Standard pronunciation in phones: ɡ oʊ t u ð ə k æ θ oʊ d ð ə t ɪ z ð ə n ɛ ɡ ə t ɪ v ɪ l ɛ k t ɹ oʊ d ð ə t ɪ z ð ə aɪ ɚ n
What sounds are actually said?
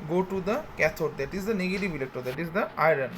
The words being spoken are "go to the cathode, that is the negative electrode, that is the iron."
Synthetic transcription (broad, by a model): ɡ oʊ t u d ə k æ t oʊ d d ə t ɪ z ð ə n ɛ ɡ ə t ɪ v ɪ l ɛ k t oʊ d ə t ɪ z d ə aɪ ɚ n